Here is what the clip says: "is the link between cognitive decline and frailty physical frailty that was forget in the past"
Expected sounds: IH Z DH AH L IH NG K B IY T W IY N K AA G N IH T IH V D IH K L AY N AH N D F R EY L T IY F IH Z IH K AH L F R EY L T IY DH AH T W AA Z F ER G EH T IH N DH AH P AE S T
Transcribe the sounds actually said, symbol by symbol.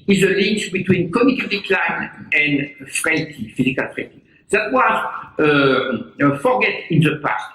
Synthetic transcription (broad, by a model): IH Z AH L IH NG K B IY T W IY N K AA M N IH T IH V D IH K L AY N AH N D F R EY T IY F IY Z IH K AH L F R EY T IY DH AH T W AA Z F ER G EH T IH N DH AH P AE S T